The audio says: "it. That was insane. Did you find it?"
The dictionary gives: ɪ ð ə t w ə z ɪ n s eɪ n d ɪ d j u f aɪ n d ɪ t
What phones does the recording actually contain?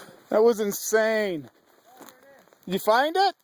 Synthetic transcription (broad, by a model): ð ə t w ə z ɪ n s eɪ n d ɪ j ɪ f aɪ n d ɪ t